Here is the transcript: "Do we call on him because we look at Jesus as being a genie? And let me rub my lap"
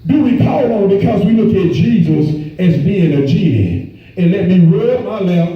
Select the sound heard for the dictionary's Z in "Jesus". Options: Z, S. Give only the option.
Z